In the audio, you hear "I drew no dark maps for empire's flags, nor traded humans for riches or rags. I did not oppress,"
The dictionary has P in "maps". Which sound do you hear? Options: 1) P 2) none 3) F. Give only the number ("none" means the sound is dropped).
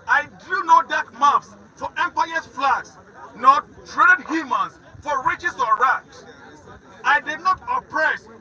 3